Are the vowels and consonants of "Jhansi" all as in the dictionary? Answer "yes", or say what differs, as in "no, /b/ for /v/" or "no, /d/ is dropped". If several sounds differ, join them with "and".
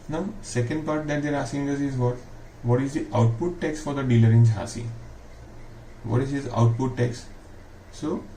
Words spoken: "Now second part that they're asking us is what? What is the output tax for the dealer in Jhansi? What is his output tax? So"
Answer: no, /n/ is dropped